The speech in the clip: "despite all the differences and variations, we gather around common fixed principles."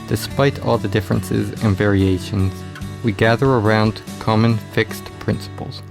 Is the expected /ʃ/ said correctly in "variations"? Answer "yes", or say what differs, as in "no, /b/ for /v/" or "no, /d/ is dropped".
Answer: yes